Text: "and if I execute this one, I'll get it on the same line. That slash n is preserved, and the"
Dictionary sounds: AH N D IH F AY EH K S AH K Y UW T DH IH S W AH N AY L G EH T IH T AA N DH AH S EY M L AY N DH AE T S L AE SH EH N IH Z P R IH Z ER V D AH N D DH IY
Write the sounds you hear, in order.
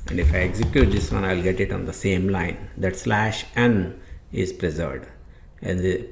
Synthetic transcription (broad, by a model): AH N D IH F AY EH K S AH K Y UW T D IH S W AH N AY L G EH T IH T AA N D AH S EY M L AY N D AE T S L AE SH EH N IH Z P R IH Z ER V D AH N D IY